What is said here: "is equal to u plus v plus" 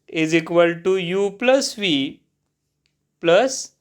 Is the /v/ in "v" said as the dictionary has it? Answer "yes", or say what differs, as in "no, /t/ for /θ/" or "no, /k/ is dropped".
yes